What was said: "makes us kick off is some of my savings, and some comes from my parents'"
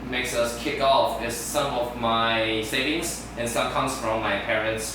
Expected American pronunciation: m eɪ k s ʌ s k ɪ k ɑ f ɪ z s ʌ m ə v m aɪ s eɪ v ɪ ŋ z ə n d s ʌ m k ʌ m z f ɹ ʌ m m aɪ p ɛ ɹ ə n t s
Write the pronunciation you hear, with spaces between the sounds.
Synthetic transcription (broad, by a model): m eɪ k s ʌ s k ɪ k ɑ f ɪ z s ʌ m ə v m aɪ s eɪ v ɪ ŋ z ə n s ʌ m k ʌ m s f ɹ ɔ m m aɪ p ɛ ɹ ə n t s